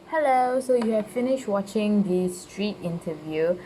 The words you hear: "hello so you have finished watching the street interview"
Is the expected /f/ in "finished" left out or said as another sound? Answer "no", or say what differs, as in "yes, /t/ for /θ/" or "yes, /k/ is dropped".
no